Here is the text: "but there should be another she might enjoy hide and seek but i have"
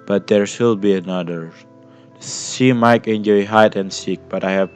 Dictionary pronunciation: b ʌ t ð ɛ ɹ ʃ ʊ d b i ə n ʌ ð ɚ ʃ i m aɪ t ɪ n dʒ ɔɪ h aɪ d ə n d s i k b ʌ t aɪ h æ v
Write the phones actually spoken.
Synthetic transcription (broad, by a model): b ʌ t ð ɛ ɹ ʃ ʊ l b i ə n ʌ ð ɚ s i m aɪ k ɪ n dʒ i h aɪ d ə n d s i k b ʌ t aɪ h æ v